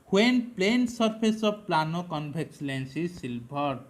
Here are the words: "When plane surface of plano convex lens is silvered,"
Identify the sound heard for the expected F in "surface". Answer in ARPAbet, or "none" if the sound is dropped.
P